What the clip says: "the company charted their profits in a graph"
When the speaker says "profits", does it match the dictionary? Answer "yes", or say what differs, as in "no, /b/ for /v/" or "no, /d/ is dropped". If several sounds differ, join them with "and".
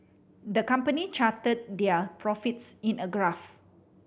yes